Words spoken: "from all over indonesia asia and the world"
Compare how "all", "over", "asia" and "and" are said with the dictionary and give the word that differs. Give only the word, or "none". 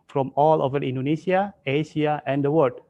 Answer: asia